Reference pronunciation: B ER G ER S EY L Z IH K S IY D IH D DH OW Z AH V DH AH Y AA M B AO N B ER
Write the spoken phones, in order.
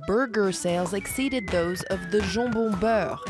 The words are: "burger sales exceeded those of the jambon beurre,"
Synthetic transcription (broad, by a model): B ER G ER S EY L Z IH K S IY D IH D DH OW Z AH V DH AH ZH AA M B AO B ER